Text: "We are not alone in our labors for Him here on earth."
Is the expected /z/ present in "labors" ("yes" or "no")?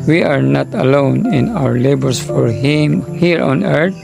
no